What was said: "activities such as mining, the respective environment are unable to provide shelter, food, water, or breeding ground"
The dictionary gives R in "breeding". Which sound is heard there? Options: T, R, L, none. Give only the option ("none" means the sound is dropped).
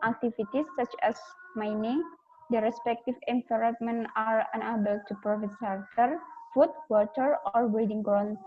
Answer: none